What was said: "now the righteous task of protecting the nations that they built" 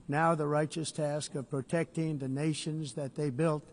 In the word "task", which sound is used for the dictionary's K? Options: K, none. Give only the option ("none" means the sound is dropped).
K